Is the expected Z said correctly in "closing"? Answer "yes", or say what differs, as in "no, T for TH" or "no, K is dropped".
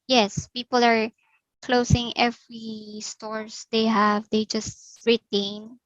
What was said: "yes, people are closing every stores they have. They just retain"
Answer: no, S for Z